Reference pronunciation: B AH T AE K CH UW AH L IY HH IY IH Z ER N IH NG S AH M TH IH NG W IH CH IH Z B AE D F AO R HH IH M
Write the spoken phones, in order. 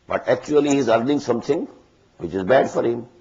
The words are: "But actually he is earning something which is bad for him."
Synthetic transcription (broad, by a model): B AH T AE K CH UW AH L IY HH IY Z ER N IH NG S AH M T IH NG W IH CH IH Z B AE D F AO R HH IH M